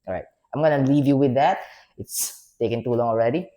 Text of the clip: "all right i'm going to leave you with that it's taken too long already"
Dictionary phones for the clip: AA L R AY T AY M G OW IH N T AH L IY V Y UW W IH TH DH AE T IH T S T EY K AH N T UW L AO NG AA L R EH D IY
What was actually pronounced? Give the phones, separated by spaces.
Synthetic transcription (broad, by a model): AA R AY T AY M G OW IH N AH L IY V Y UW W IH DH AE T IH T S T EY K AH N T UW L AO NG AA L R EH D IY